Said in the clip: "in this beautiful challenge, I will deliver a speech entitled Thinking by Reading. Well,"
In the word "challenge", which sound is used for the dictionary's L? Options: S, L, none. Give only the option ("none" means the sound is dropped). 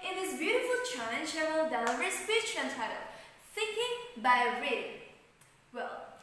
none